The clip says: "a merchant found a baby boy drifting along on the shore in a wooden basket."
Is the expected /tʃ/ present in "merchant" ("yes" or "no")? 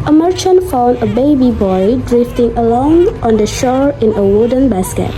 yes